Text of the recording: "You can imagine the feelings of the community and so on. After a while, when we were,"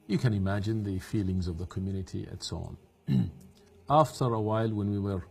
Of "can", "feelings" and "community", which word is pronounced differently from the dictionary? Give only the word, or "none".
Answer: none